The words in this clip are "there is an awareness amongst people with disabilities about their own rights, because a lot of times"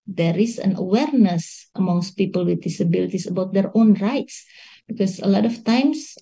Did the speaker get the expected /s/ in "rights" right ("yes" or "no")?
yes